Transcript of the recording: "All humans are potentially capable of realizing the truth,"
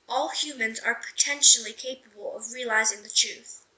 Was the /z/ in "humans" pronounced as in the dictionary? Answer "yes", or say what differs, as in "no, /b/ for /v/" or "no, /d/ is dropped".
yes